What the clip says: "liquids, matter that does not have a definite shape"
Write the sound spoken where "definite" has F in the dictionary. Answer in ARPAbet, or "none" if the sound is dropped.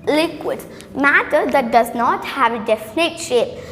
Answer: F